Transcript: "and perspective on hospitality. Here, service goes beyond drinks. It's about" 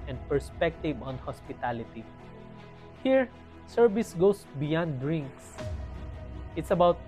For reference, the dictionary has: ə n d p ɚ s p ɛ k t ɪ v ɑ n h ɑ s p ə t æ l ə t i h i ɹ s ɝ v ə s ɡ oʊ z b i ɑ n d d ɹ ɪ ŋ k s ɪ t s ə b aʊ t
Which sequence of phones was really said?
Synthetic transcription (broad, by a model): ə n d p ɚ s p ɛ k t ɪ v ɑ n h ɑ s p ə t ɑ l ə t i h i ɹ s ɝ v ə s ɡ oʊ s b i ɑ n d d ɹ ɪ ŋ k s ɪ t s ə b aʊ t